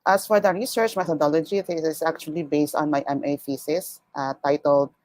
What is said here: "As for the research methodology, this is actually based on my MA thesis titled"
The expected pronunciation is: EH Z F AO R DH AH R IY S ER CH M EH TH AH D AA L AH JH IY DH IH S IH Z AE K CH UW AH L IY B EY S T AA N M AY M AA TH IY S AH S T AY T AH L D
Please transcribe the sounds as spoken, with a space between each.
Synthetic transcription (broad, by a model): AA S F AO R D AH R IY S ER CH M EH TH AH D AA L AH JH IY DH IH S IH S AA K CH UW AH L IY B EY S T AA N M AY M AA F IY S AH S T AY T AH L D